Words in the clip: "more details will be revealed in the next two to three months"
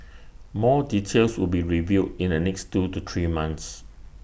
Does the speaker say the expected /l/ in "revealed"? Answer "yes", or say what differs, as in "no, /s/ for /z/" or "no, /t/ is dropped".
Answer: no, /l/ is dropped